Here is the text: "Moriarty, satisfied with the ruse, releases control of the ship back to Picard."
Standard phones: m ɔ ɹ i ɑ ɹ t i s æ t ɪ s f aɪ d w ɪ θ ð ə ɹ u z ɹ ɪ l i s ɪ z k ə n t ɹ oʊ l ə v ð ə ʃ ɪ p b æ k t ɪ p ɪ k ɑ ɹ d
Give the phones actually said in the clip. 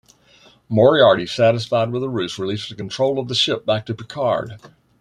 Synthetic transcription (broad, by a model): m ɔ ɹ i ɑ ɹ t i s æ t ɪ s f aɪ d w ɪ ð ə ɹ u s ɹ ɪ l i s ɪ k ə n t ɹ oʊ l ə v ð ə ʃ ɪ p b æ k t ɪ p ɪ k ɑ ɹ d